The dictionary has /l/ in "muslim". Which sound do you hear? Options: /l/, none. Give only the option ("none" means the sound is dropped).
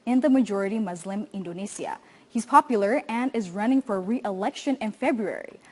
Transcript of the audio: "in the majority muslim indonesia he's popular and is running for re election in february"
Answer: /l/